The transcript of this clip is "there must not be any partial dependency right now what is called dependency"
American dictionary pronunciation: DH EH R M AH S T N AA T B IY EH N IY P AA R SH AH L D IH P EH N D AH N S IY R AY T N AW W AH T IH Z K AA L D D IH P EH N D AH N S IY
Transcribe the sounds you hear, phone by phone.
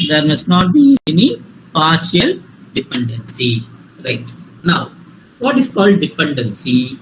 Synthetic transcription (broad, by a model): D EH R M AH S T N AA T B IY EH N IY P AA R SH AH L D IH P EH N D AH N S IY R AY T N AW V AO T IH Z K AA L D D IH P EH N D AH N S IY